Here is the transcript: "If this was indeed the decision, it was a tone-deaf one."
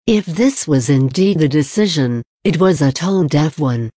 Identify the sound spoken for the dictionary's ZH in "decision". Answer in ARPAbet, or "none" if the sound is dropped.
ZH